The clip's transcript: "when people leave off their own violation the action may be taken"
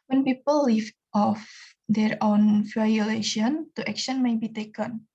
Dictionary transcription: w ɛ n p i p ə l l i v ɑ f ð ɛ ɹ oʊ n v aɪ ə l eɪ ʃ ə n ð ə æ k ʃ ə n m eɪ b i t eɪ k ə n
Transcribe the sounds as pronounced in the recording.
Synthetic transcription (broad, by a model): w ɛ n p i p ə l l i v ɑ f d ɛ ɹ oʊ n f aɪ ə l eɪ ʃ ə n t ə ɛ k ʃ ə n m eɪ b i t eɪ k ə n